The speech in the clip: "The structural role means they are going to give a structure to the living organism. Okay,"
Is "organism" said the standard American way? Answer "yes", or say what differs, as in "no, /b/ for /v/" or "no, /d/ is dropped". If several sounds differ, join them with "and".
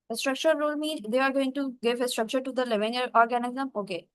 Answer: yes